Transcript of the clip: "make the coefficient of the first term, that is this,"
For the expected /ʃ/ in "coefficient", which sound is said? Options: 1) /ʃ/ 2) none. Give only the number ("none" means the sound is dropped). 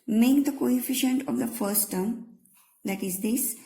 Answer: 1